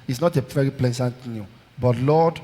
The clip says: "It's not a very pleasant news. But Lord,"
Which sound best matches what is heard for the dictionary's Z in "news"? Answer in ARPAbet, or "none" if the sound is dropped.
none